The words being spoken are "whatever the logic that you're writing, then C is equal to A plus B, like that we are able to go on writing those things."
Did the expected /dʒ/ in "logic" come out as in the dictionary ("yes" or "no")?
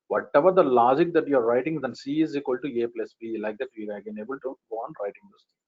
yes